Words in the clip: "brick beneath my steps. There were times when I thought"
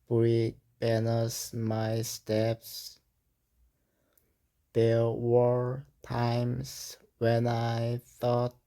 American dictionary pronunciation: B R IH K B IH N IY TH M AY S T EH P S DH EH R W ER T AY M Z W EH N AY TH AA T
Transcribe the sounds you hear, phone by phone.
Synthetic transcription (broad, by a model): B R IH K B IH N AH S M AY S T EH P S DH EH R W ER T AY M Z W EH N AY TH AA T